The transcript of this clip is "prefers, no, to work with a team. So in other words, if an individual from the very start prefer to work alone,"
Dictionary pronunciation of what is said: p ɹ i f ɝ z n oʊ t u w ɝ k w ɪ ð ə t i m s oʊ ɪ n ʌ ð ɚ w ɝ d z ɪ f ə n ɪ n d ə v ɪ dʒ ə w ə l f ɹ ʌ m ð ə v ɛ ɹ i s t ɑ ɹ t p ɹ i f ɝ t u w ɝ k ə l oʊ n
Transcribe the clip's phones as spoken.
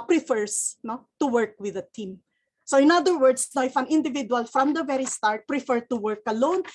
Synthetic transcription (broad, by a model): p ɹ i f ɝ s n oʊ t u w ɝ k w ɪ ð ə t i m s oʊ ɪ n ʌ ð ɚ w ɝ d s ɪ f ə n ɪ n d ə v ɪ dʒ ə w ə l f ɹ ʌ m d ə v ɛ ɹ i s t ɑ ɹ t p ɹ i f ɝ t u w ɝ k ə l oʊ n